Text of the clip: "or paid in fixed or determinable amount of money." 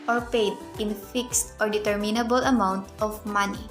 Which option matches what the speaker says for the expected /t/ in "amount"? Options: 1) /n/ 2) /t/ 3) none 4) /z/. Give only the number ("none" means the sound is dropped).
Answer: 2